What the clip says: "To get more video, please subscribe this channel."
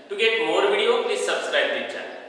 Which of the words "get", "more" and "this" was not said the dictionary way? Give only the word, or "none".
this